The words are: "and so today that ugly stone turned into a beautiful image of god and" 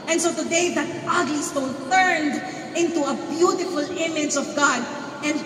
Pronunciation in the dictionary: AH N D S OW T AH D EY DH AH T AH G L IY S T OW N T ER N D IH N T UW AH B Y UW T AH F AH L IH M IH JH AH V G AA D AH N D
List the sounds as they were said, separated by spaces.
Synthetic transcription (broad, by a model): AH N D S OW T AH D EY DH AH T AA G L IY S T OW N T ER N D IH N T UW AH B Y UW T AH F AH L IH M IH JH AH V G AA D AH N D